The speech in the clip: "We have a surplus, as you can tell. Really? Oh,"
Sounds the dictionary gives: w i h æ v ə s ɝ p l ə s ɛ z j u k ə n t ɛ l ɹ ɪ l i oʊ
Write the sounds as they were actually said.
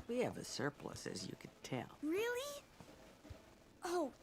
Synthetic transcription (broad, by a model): w i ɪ v ə s ɝ p l ə s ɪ z j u k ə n t ɛ l ɹ ɪ l i oʊ